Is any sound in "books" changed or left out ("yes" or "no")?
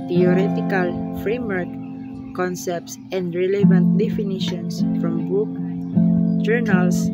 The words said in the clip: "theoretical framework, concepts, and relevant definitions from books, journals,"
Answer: yes